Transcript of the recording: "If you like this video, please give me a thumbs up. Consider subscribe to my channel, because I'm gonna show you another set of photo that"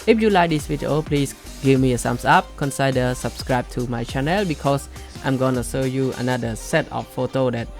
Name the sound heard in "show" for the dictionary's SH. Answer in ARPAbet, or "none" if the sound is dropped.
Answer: S